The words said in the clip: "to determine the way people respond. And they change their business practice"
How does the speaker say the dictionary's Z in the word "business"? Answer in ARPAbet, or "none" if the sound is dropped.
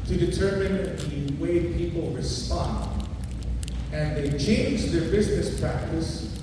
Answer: Z